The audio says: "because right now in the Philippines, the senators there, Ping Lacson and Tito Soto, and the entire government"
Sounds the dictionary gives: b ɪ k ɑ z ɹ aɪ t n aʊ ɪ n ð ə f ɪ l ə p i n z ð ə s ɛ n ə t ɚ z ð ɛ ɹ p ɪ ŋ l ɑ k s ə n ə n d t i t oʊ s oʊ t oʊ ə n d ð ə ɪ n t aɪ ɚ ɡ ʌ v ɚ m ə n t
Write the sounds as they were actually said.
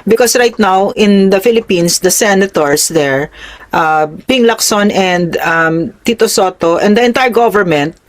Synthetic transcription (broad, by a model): b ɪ k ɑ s ɹ aɪ t n aʊ ɪ n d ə f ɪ l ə p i n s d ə s ɛ n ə t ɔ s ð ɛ ɹ p ɪ ŋ l ɑ k s ə n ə n d t i t oʊ s oʊ t oʊ ə n d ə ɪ n t aɪ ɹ ɡ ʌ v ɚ m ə n t